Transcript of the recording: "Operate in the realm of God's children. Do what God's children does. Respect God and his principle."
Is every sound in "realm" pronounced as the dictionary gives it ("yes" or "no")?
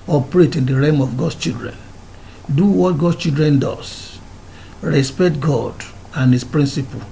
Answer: no